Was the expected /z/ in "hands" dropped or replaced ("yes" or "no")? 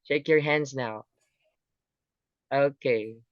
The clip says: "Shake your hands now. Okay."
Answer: no